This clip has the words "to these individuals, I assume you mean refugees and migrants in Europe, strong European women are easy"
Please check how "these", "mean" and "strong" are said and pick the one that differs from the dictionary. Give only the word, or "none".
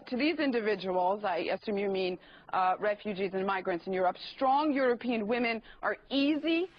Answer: none